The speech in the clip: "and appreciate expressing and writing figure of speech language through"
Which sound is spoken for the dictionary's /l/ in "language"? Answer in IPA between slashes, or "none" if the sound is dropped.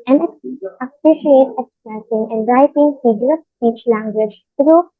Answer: /l/